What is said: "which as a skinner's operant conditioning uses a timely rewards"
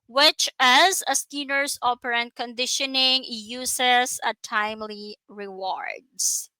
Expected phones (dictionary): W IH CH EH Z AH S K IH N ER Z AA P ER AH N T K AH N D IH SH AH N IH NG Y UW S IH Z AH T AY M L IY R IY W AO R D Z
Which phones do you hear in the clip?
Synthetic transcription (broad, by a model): W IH CH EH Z AH S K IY N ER S AA P ER AH N T K AH N D IH SH AH N IH NG Y UW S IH S AH T AY M L IY R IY W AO R D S